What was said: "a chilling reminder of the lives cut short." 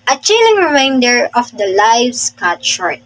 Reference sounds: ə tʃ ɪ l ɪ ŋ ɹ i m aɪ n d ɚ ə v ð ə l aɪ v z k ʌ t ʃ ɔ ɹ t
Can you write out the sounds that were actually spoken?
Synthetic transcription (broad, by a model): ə tʃ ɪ l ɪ ŋ ɹ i m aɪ n d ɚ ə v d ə l aɪ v s k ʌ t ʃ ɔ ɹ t